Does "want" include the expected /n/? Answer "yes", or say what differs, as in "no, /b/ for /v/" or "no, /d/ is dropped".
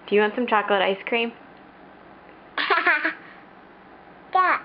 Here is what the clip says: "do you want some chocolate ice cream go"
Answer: yes